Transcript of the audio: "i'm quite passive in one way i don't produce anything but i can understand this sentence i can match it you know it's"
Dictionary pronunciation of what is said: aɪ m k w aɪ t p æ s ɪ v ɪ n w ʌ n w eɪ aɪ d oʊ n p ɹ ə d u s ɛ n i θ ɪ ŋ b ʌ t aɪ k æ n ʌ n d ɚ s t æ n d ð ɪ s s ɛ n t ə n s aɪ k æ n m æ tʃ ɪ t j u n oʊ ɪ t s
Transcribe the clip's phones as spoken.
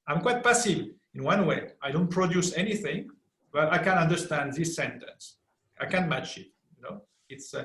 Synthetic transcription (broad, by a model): aɪ m k w aɪ t p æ s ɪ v ɪ n w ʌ n w eɪ aɪ d oʊ n p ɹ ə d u s ɛ n i θ ɪ ŋ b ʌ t aɪ k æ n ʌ n d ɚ s t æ n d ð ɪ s s ɛ n t ə n s aɪ k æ n m æ tʃ ɪ t j u n oʊ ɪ t s